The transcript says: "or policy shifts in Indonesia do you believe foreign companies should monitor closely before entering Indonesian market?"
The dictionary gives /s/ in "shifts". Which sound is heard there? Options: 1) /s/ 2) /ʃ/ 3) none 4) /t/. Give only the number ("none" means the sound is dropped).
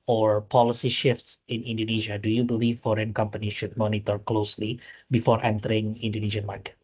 1